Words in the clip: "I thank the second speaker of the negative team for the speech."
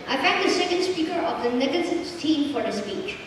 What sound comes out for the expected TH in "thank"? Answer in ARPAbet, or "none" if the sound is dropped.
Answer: F